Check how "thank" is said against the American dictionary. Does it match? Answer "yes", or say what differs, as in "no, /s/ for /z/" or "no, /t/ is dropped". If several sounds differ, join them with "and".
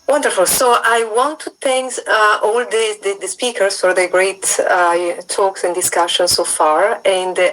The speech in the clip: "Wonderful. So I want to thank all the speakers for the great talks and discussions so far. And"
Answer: no, /s/ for /θ/